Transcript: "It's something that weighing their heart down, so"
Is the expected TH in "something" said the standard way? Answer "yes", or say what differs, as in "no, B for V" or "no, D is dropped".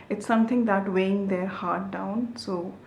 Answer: no, T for TH